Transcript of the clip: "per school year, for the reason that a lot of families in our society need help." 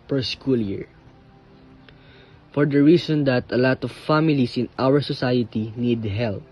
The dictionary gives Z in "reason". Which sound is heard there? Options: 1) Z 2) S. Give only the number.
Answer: 2